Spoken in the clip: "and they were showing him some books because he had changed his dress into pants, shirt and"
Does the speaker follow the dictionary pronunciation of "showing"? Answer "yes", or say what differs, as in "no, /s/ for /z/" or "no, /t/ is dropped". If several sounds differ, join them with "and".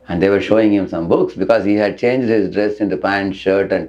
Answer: yes